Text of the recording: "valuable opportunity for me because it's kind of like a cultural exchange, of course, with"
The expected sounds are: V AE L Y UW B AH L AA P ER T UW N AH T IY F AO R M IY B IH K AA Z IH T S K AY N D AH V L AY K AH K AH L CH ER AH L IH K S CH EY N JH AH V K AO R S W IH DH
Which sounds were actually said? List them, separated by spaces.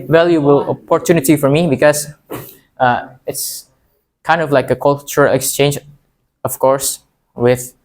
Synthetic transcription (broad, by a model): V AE L Y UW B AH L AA P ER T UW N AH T IY F AO R M IY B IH K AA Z IH T S K AY N D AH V L AY K AH K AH L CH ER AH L IH K S CH EY N JH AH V K AO R S W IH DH